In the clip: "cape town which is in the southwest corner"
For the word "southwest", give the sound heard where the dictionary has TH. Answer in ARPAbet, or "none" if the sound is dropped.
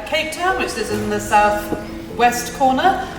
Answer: TH